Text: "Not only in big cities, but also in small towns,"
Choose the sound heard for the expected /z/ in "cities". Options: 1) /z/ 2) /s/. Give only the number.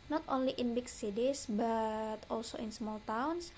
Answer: 2